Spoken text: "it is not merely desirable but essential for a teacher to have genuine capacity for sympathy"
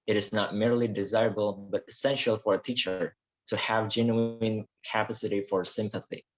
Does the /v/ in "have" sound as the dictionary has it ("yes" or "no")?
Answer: yes